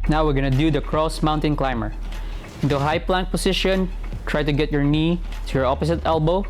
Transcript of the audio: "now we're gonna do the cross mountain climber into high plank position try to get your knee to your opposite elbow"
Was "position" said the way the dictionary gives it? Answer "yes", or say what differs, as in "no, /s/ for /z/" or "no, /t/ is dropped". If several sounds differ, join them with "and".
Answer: no, /s/ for /z/